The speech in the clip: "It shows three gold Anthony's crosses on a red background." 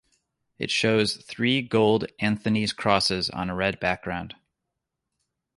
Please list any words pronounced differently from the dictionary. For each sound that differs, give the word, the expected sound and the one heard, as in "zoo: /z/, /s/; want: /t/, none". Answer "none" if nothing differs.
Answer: none